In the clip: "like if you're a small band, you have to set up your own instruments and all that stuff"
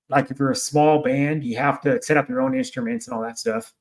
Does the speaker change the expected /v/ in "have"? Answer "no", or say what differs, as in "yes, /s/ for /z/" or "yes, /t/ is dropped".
yes, /f/ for /v/